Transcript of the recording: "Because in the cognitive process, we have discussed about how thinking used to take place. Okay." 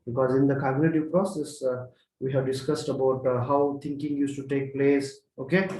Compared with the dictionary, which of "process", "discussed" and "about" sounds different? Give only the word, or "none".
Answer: none